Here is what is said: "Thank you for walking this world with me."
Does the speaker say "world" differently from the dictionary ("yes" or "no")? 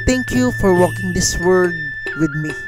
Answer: yes